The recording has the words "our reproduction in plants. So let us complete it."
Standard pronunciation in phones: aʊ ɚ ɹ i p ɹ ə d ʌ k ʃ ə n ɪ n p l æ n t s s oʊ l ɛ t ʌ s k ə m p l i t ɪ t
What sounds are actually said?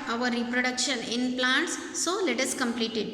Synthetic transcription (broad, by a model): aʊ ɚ ɹ i p ɹ ə d ʌ k ʃ ə n ɪ n p l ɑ n t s s oʊ l ɛ t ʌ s k ə m p l i t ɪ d